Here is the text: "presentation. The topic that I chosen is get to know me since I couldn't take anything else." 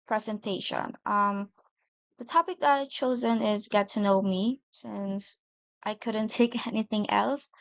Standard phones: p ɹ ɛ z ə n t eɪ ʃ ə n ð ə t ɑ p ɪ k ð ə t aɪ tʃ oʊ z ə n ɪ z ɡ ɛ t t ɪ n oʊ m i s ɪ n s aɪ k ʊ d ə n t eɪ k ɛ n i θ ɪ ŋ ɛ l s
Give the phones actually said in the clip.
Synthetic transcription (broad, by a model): p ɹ ɛ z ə n t eɪ ʃ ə n ð ə t ɑ p ɪ k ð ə t aɪ tʃ oʊ z ə n ɪ z ɡ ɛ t t ɪ n oʊ m i s ɪ n s aɪ k ʊ d n t eɪ k ɛ n i θ ɪ ŋ ɛ l s